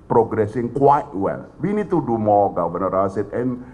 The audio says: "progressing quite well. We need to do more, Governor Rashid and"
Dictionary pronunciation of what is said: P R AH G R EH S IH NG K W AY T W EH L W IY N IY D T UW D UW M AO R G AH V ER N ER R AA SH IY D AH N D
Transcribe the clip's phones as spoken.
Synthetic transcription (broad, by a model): P R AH G R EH S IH NG K W AY T W EH L W IY N IY D T UW D UW M AO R G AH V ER N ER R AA S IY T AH N